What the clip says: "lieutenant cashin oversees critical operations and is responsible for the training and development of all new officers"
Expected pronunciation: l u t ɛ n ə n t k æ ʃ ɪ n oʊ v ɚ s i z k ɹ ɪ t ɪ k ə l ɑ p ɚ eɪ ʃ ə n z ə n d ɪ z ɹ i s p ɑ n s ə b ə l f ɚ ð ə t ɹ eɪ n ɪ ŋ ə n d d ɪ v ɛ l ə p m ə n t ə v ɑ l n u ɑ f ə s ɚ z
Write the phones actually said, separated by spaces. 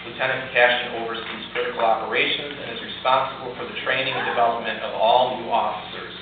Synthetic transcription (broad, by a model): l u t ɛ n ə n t k æ ʃ ɪ n oʊ v ɚ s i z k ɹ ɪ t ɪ k l ɑ p ɚ eɪ ʃ ə n z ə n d ɪ z ɹ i s p ɑ n s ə b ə l f ɚ ð ə t ɹ eɪ n ɪ ŋ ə n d d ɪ v ɛ l ə p m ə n t ə v ɑ l n u ɑ f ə s ɚ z